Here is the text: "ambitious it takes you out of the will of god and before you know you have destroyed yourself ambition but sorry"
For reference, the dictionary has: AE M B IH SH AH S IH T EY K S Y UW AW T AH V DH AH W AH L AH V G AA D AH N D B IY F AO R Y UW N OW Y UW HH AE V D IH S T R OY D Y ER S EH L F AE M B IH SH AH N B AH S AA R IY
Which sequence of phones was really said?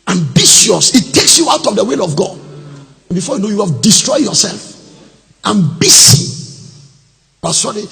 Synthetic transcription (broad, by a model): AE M B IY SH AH S IH T EY K S Y UW AW T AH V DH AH W AH L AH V G AA D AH N B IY F AO Y UW N OW Y UW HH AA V D IH S T R OY D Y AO S EH L F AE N B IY S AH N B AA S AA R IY